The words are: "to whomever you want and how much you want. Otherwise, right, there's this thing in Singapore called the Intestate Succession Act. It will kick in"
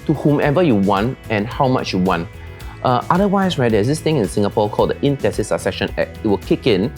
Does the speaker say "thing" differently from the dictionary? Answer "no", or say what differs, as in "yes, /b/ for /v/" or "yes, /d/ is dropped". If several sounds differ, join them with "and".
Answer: yes, /t/ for /θ/